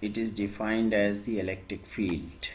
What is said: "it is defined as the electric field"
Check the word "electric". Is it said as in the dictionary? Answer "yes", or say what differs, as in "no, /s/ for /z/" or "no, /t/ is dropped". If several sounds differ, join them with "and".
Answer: yes